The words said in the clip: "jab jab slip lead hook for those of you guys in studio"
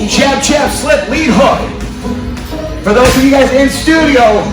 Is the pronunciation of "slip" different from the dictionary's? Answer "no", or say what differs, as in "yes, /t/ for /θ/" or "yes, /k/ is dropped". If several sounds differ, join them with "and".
no